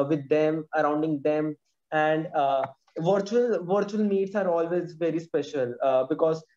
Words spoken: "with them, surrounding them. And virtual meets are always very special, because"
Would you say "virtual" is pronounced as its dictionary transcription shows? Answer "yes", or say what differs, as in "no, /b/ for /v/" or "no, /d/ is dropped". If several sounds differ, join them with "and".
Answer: yes